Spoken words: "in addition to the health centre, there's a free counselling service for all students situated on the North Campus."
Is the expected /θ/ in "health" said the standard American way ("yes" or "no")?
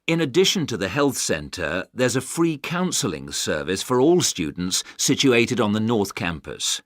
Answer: yes